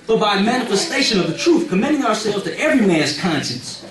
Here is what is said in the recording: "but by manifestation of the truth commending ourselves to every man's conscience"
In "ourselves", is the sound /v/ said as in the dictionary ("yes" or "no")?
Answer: no